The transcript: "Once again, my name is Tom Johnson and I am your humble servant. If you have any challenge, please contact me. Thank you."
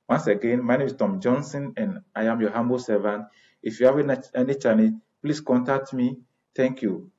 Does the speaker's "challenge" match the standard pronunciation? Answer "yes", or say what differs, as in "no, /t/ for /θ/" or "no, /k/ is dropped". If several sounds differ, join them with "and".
no, /n/ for /l/